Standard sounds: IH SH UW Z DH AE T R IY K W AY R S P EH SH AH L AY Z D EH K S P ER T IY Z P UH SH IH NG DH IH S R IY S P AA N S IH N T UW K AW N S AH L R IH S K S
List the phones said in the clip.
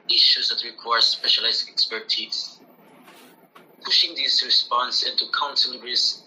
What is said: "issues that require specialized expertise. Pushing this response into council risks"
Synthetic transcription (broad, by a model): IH SH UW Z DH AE T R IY K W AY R S P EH SH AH L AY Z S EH K S P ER T IY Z P UH SH IH NG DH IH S R IY S P AA N S IH N T UW K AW N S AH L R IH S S